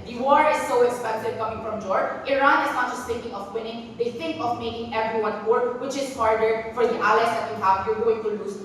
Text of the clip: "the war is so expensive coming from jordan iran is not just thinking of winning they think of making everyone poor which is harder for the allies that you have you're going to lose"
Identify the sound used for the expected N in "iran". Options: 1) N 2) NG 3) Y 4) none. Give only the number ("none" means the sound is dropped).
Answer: 1